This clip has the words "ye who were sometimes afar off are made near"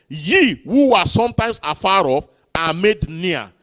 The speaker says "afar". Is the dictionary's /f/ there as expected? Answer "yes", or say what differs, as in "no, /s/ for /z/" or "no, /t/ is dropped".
yes